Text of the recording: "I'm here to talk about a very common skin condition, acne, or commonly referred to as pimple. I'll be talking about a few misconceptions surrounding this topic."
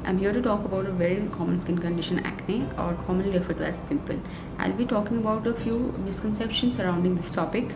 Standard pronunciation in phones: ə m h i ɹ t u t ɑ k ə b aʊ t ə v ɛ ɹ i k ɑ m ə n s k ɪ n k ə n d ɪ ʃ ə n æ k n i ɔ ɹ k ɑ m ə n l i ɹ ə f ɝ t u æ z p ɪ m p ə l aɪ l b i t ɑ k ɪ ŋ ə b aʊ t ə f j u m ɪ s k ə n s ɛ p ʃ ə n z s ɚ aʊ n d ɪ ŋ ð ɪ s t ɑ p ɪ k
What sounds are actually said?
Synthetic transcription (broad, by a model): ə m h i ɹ t u t ɑ k ə b aʊ t ə v ɛ ɹ i k ɑ m ə n s k ɪ n k ə n d ɪ ʃ ə n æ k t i ɔ ɹ k ɑ m ə n l i ɹ ə f ɝ t u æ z p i p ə l aɪ l b i t ɑ k ɪ ŋ ə b aʊ t ə f j u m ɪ s k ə n s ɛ p ʃ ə n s s ɚ aʊ n d ɪ ŋ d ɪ s t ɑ p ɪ k